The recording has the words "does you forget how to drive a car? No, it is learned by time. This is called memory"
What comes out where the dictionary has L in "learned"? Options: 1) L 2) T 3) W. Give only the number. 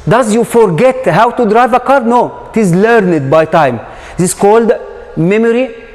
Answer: 1